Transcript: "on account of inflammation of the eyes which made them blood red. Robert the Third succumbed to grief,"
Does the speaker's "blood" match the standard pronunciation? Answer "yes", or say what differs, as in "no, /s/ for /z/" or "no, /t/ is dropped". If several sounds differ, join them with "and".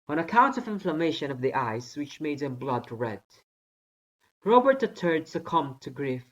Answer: yes